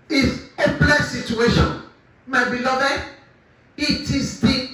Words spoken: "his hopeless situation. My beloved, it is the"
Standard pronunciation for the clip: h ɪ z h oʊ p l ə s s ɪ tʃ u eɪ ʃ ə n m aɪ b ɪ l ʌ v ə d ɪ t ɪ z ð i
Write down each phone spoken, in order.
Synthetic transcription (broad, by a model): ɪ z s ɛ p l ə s s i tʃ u eɪ ʃ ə n m aɪ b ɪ l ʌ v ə ɪ t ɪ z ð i